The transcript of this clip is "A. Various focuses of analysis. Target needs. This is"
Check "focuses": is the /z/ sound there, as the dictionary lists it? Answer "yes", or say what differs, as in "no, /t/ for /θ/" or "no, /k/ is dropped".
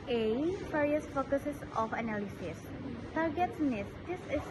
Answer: no, /s/ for /z/